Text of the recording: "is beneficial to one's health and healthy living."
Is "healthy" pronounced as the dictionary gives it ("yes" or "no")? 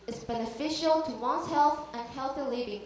yes